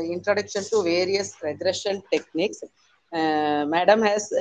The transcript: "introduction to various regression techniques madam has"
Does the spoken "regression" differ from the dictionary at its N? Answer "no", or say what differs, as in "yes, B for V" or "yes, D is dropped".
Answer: yes, L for N